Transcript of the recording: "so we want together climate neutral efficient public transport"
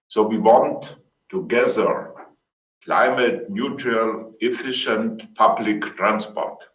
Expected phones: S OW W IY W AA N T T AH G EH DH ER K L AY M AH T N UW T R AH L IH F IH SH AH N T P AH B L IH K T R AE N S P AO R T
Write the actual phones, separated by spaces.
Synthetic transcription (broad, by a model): S OW W IY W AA N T T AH G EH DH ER K L AY M AH T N UW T R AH L IH F IH SH AH N T P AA B L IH K T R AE N S P AO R T